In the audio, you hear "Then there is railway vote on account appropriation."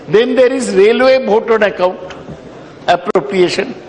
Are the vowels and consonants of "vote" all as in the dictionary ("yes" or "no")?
no